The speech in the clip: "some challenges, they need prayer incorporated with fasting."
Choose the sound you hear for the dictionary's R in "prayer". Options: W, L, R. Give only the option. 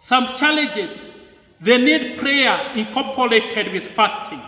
R